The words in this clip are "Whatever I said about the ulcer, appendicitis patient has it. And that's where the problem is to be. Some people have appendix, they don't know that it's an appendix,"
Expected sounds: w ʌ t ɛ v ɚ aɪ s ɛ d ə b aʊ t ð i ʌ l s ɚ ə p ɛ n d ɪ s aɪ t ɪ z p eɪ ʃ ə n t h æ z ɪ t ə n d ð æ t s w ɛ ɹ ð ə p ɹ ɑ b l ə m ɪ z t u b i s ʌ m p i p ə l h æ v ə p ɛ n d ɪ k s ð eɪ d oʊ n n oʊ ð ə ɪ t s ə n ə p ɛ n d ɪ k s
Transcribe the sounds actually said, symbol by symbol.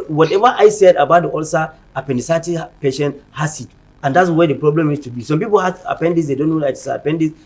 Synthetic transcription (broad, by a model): w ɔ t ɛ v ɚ aɪ s ɛ d ə b aʊ t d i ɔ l s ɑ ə p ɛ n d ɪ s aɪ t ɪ p eɪ ʃ ə n t h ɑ s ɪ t ə n d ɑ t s w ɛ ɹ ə p ɹ ɑ b l ə m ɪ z t u b i s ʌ m p i p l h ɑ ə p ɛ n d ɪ s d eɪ d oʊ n n oʊ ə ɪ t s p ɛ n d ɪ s